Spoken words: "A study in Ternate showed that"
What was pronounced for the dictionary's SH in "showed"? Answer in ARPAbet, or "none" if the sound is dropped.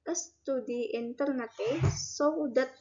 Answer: S